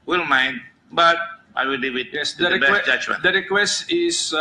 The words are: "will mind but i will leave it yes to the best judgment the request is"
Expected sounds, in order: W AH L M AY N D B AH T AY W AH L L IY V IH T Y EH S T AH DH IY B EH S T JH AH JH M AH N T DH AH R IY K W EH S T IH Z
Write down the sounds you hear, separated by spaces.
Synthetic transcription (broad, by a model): W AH L M AY N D B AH T AY W AH L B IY W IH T Y EH S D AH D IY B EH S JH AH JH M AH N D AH R IY K W EH S T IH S